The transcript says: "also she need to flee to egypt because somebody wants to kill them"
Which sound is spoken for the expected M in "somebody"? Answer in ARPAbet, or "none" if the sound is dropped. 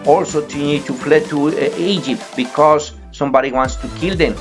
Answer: M